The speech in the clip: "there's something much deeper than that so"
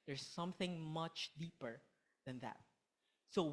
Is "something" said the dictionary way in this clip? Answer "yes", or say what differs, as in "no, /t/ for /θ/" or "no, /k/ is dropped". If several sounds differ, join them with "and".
yes